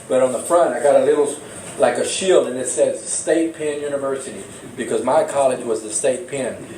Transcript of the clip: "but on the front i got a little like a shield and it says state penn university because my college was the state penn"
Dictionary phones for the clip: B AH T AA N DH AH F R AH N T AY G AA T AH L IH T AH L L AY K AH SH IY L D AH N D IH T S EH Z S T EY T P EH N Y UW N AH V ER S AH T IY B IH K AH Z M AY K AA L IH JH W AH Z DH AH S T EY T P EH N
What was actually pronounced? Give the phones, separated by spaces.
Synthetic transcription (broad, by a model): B AH T N DH AH F R AH N T AY G AA T AH L IH T L L AY K AH SH IY L D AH N IH T S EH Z S T EY T P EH N Y UW N AH V ER S AH T IY B IH K AH Z M AY K AA L IH JH W AH Z DH AH S T EY T P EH N